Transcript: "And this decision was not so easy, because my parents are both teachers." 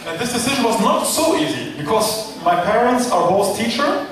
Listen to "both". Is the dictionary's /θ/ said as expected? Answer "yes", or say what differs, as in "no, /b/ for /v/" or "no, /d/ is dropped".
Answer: no, /s/ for /θ/